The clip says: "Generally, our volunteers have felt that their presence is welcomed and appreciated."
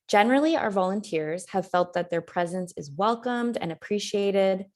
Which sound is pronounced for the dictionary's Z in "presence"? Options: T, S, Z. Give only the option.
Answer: Z